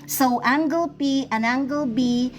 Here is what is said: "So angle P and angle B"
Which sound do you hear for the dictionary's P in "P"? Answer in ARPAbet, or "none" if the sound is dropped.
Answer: P